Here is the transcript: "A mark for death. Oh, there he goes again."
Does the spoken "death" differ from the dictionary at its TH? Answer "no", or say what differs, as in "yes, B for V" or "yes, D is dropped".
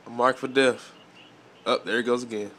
yes, F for TH